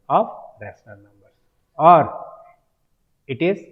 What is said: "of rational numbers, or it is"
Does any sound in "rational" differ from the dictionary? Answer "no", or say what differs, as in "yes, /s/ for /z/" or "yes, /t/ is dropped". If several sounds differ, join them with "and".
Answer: yes, /s/ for /ʃ/